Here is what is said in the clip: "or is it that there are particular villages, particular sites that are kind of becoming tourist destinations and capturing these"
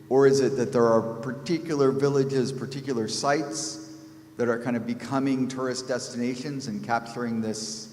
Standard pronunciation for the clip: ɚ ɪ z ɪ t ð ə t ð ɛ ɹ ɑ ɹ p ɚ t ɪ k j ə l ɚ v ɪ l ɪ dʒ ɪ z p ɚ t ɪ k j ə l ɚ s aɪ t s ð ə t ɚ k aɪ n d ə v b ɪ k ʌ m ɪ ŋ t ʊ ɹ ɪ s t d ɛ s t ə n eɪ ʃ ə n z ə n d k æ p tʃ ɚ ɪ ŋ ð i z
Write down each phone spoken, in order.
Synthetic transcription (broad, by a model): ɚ ɪ z ɪ t ð ə t ð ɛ ɹ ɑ ɹ p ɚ t ɪ k j l ɚ v ɪ l ɪ dʒ ɪ z p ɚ t ɪ k j l ɚ s aɪ t s ð ə t ɚ k aɪ n d ə v b ɪ k ʌ m ɪ ŋ t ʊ ɹ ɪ s d ɛ s t ə n eɪ ʃ ə n z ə n k æ p tʃ ɚ ɪ ŋ ð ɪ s